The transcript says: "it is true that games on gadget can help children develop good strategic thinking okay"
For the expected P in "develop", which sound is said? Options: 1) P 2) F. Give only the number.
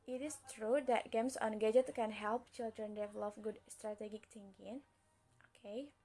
2